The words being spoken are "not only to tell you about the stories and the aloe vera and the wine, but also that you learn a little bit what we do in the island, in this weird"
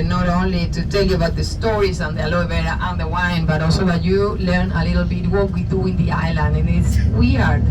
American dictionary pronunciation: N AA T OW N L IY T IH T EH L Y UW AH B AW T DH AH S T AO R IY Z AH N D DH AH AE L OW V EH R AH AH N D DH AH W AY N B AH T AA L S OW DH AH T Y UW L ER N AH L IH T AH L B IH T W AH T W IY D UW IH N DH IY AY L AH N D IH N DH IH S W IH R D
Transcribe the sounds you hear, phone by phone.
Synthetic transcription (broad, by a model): N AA T OW N L IY T IH T EH L Y UW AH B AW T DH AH S T AO R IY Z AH N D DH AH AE L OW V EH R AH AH N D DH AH W AY N B AH T AA L S OW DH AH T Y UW L ER N AH L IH T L B IH T W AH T W IY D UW IH N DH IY AY L AH N D IH N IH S W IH R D